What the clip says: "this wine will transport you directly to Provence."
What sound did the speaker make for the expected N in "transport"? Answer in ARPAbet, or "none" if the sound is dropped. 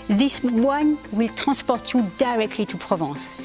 none